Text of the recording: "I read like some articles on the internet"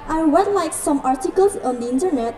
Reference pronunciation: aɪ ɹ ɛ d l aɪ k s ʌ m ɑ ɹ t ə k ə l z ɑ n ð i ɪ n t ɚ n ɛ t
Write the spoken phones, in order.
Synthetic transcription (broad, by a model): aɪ w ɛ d l aɪ k s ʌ m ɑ ɹ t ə k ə l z ɑ n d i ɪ n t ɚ n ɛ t